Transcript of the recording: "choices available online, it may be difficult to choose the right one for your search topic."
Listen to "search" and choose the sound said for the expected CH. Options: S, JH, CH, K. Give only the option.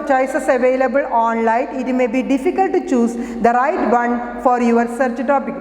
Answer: CH